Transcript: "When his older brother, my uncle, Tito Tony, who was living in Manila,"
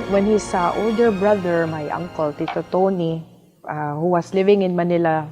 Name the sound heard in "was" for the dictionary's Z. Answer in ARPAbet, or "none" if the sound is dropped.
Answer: S